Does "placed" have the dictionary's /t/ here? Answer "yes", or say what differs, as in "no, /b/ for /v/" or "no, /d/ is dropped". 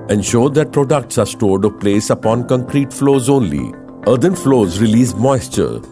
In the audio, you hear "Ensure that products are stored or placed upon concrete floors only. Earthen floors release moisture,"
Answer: no, /t/ is dropped